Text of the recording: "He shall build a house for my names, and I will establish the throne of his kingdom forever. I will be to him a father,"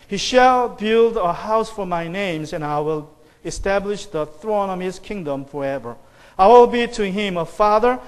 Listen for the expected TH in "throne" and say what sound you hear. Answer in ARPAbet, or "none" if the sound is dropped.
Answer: TH